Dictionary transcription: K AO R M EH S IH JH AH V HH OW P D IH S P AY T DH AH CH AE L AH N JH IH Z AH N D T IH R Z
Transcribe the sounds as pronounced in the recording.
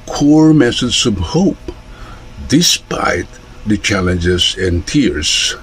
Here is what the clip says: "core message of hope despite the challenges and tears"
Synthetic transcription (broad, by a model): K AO R M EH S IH Z AH V HH OW P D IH S P AY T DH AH CH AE L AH N JH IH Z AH N T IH R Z